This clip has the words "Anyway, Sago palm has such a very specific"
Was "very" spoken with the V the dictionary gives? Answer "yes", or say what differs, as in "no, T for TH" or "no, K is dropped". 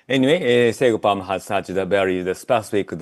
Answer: no, B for V